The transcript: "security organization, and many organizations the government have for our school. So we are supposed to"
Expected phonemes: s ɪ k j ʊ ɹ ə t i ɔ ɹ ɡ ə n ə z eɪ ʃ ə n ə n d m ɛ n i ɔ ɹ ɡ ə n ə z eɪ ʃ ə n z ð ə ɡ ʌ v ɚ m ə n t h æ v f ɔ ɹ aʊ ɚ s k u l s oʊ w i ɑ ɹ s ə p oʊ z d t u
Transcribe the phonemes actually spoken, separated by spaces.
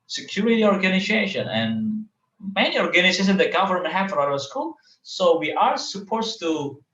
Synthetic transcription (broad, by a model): s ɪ k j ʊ ɹ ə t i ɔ ɹ ɡ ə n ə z eɪ ʃ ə n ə n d m ɛ n i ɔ ɹ ɡ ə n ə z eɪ s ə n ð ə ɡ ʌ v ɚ m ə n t h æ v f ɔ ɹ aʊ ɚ s k u l s oʊ w i ɑ ɹ s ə p oʊ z t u